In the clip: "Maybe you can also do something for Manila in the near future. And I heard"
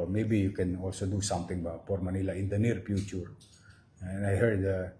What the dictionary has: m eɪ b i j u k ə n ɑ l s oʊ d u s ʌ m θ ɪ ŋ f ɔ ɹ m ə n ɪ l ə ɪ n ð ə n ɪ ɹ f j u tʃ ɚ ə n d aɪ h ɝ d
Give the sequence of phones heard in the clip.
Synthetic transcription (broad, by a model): m eɪ b i j u k ə n ɑ l s oʊ d u s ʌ m t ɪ ŋ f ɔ ɹ m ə n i l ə ɪ n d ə n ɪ ɹ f j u tʃ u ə n aɪ h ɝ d